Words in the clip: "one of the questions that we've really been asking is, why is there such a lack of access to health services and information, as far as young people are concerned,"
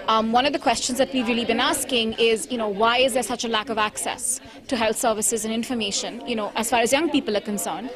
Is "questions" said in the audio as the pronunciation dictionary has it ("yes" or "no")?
yes